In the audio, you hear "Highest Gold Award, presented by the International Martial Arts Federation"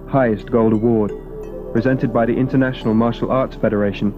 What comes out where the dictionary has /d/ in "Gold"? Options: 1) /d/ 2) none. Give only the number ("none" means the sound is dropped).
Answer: 1